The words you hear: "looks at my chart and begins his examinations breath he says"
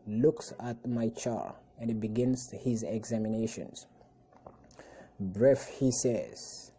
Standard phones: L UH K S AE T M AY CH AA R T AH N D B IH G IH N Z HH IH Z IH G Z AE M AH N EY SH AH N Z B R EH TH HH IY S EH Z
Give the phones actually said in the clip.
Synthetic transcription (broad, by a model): L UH K S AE T M AY CH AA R AH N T B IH G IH N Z HH IH Z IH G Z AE M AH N EY SH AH N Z B R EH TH HH IY S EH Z